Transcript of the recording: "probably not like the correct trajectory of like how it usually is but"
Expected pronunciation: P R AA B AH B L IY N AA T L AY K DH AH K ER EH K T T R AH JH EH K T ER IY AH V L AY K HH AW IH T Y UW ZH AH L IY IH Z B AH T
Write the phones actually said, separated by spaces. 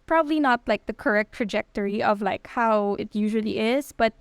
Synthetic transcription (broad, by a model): P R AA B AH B L IY N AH T L AY K DH AH K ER EH K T T R AH JH EH K T ER IY AH V L AY K HH AW IH T Y UW ZH AH L IY IH Z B AH T